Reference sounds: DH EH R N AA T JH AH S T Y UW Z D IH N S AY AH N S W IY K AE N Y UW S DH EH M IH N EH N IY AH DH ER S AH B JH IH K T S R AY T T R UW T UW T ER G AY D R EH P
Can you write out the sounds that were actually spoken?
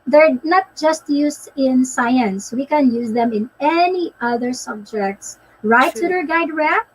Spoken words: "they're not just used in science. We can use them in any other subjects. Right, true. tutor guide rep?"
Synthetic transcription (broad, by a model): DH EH R N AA T JH AH S T Y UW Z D IH N S AY AH N S W IY K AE N Y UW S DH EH M IH N EH N IY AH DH ER S AH B JH IH K T S R AY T T UW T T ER G AY D R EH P